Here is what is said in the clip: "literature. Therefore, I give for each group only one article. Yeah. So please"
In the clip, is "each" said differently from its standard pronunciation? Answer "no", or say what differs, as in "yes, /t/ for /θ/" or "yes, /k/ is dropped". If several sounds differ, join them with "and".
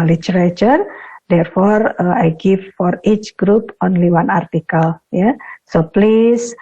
no